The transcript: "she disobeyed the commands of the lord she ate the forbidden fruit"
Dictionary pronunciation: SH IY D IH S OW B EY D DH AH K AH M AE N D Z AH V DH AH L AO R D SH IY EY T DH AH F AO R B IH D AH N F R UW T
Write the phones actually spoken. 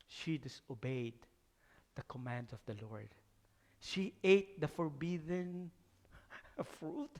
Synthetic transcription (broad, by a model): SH IY D IH S OW B EY D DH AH K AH M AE N D AH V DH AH L AO R D SH IY EY T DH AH F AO R B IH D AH N F R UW T